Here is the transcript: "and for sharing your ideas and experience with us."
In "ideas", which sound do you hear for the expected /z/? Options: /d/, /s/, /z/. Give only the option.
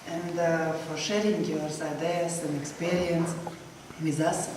/s/